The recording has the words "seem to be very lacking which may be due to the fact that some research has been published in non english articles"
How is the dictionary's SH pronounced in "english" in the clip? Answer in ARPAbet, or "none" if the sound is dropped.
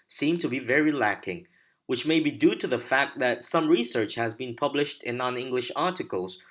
SH